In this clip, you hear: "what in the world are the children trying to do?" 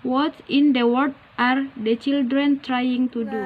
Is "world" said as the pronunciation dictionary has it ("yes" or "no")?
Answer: no